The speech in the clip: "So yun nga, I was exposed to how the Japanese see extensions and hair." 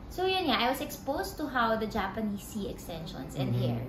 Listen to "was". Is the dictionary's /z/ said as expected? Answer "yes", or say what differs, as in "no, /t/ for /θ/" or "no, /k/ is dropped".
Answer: no, /s/ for /z/